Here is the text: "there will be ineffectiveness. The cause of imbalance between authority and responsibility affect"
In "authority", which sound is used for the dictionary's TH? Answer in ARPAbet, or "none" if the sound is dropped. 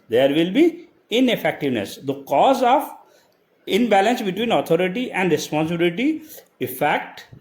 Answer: T